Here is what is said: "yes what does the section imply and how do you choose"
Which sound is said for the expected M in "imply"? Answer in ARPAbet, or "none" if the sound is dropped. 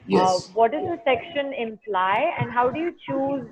M